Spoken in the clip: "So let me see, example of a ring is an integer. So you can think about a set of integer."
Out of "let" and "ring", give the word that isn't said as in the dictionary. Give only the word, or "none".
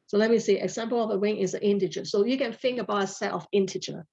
ring